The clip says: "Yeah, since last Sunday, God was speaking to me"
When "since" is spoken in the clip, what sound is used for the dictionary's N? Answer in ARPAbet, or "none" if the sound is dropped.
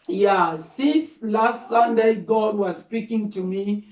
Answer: none